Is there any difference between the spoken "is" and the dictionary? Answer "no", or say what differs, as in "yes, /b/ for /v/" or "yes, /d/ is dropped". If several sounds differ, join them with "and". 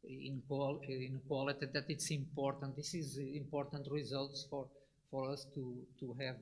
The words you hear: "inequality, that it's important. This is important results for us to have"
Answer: no